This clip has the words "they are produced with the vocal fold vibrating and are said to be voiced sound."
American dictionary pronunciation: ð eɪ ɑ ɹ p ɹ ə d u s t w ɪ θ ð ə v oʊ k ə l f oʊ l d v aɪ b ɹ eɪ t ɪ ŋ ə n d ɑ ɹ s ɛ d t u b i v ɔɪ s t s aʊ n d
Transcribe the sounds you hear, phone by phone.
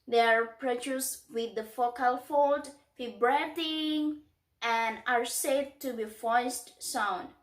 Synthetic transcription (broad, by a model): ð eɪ ɑ ɹ p ɹ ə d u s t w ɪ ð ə f oʊ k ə l f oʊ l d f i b ɹ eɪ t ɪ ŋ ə n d ɑ ɹ s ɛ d t u b i f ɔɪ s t s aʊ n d